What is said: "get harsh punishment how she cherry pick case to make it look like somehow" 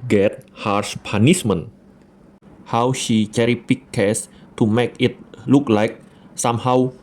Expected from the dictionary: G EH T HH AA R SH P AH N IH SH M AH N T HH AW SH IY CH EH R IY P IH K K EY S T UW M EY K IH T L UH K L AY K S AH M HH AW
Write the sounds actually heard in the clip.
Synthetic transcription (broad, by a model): G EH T HH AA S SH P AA N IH S M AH N HH AW SH IY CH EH R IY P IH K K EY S T UW M EY K IH T L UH K L AY K S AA M HH AW